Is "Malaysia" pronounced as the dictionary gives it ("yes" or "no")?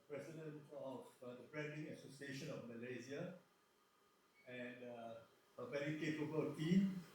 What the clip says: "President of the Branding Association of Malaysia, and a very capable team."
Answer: no